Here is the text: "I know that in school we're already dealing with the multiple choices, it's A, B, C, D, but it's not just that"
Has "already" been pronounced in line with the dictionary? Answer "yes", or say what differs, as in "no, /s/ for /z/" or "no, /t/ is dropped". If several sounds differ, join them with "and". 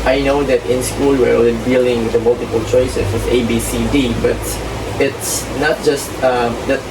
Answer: no, /l/ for /ɹ/